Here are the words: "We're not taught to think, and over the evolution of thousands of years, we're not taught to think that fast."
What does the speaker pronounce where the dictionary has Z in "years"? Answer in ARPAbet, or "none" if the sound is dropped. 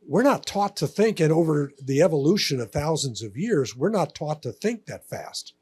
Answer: Z